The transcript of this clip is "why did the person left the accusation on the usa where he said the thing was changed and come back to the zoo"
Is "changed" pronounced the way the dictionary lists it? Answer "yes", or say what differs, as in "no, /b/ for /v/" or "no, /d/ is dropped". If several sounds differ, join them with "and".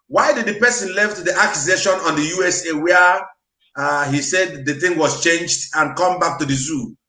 yes